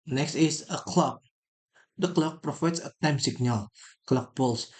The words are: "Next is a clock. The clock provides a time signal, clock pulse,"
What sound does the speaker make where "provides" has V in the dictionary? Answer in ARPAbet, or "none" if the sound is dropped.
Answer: F